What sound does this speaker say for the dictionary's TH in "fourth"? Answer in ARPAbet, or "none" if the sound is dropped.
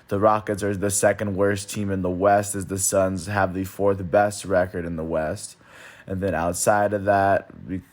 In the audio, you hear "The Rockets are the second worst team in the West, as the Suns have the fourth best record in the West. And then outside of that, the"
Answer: TH